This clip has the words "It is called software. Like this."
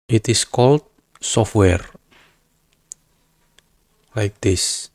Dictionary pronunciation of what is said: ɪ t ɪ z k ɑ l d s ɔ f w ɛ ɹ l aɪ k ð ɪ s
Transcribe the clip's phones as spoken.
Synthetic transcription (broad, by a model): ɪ t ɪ s k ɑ l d s ɔ f w ɛ ɹ l aɪ k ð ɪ s